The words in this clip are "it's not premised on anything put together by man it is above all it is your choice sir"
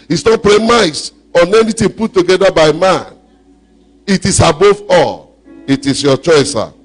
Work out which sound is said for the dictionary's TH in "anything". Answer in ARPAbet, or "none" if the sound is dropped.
T